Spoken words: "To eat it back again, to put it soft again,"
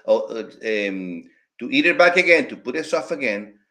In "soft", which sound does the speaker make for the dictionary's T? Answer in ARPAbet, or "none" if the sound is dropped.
none